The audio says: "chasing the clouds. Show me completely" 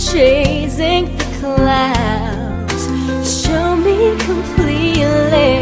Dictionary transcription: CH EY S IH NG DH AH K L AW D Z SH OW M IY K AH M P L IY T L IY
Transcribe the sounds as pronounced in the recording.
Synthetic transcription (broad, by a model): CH EY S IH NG DH AH K L AW D Z SH OW M IY K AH M P L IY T L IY